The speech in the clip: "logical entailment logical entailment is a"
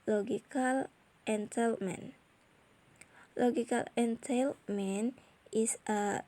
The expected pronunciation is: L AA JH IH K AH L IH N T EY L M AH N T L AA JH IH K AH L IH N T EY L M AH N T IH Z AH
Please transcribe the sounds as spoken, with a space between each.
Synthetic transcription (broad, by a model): L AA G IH K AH L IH N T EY L M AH N L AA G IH K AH L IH N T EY L M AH N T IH S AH